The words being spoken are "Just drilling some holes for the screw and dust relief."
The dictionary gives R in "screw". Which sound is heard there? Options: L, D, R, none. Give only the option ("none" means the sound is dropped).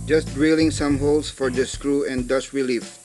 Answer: R